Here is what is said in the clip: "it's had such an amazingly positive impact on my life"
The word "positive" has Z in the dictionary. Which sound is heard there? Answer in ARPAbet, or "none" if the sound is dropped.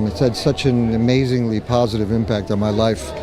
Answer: Z